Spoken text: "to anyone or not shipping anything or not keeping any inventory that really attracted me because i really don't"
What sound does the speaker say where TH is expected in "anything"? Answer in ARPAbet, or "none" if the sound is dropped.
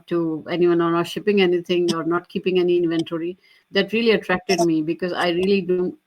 T